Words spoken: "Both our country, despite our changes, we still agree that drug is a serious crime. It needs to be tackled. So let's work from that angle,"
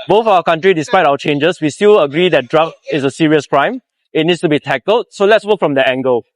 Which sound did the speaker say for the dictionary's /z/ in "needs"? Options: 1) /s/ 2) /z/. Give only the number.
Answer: 1